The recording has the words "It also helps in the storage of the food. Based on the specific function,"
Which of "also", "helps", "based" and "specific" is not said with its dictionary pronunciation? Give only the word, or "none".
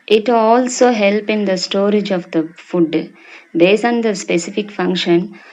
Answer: helps